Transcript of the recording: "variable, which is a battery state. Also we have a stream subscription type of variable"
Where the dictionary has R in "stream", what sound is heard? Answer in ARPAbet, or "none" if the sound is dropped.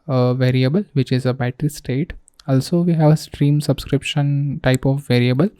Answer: R